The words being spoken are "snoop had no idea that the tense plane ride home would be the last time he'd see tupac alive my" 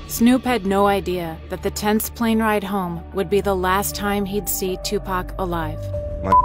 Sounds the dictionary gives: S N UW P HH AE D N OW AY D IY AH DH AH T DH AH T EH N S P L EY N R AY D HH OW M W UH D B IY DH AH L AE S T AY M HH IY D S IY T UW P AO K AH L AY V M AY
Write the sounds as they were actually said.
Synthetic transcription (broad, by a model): S N UW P HH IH D N OW AY D IY AH DH AH T DH AH T EH N S P L EY N R AY D HH OW M W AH D B IY DH AH L AE S T AY M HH IY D S IY T UW P AO K AH L AY V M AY